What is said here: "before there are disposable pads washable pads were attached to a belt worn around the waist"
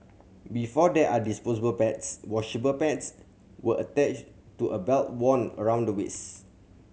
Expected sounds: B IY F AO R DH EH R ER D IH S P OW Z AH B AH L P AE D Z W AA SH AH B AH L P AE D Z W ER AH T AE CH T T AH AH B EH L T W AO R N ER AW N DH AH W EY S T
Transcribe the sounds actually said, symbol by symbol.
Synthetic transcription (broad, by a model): B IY F AO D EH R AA D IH S P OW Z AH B AH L P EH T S W AA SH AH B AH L P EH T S W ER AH T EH CH T T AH AH B EH L T W AO N ER AW N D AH W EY S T